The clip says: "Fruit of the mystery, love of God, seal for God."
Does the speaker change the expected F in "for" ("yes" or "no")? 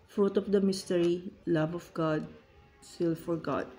no